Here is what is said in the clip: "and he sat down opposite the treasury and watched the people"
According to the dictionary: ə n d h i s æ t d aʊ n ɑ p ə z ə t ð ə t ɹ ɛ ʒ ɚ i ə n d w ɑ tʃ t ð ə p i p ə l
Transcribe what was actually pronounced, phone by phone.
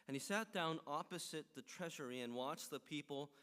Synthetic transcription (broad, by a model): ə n i s æ t d aʊ n ɑ p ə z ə t ð ə t ɹ ɛ ʒ ɚ i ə n w ɑ tʃ ð ə p i p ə l